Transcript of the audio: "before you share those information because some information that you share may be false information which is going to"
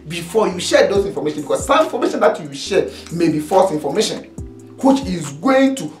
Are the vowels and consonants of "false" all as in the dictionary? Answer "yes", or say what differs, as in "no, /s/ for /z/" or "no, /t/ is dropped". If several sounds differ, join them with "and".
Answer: no, /l/ is dropped